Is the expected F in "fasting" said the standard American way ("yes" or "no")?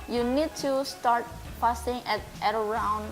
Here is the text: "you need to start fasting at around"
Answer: no